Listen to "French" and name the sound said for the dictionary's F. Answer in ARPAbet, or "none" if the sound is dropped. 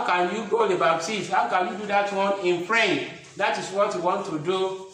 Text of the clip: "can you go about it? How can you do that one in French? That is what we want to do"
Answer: P